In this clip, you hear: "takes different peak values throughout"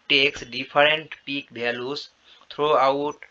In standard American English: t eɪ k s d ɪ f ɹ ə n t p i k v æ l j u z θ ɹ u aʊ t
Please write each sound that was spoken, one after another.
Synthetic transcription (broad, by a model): t eɪ k s d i p ɹ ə n t p i k b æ l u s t ɹ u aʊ t